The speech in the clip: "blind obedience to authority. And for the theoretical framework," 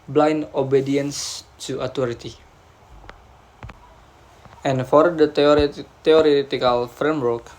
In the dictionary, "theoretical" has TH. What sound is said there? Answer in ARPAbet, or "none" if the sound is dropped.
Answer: T